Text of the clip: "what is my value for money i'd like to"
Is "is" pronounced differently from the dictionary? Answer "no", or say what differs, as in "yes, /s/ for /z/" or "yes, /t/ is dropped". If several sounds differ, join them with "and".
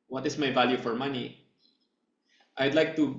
yes, /s/ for /z/